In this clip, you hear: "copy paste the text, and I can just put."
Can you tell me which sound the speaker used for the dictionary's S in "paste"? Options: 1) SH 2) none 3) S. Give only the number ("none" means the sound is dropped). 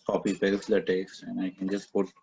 2